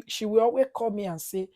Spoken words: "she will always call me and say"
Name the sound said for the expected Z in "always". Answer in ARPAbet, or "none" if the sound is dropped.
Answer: none